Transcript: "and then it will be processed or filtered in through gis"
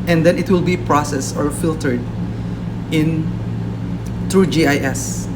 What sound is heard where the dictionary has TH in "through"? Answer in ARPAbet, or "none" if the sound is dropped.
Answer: T